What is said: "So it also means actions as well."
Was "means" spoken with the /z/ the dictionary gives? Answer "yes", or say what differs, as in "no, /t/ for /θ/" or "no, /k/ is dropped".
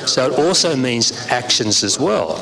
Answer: yes